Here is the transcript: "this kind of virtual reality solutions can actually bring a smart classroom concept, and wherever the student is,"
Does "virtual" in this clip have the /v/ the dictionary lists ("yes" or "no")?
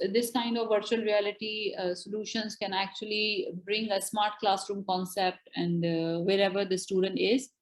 yes